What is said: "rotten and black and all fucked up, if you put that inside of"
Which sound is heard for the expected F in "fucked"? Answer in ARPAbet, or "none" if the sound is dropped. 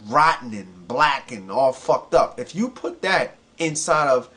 F